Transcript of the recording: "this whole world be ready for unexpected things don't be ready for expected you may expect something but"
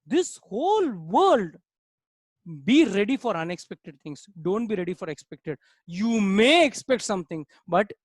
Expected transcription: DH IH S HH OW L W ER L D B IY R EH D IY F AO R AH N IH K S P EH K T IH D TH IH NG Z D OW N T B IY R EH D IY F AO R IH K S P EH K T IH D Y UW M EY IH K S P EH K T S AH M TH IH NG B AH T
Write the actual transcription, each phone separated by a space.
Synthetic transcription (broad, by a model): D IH S HH OW L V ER L D B IY R EH D IY F AO R AH N IH K S P EH K T IH D T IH NG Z D OW N T B IY R EH D IY F AO R IH K S P EH K T IH D Y UW M EY IH K S P EH K T S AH M T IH NG B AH T